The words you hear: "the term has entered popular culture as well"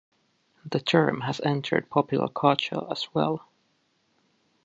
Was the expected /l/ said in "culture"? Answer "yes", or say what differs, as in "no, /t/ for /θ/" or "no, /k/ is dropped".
no, /l/ is dropped